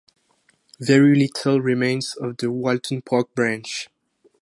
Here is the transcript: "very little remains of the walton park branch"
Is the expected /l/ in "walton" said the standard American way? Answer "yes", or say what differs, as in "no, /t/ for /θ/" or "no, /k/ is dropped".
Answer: yes